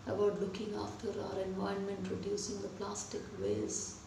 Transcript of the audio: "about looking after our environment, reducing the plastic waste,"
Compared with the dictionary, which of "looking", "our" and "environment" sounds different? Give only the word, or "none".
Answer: environment